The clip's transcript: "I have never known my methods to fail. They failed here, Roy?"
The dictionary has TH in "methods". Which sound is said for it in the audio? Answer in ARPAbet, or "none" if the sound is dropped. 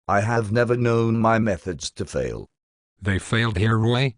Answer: TH